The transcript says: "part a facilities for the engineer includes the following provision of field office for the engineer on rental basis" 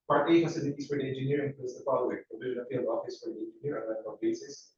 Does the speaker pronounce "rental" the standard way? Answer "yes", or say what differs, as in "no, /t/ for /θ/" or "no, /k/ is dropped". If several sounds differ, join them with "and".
no, /l/ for /ɹ/